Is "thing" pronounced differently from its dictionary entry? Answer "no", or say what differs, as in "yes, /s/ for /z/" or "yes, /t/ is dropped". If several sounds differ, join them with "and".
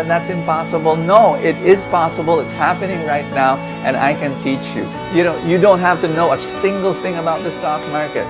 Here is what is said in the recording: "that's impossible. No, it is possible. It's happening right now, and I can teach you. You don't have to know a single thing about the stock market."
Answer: no